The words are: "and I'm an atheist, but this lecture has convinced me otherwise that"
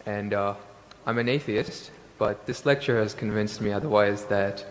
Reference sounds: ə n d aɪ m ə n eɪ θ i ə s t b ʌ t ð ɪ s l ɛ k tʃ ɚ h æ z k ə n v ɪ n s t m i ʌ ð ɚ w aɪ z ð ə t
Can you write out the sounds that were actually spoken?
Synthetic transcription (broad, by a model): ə n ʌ aɪ m ə n eɪ θ i ə s t b ʌ t ð ɪ s l ɛ k tʃ ɚ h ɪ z k ə n v ɪ n s t m i ʌ ð ɚ w aɪ z ð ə t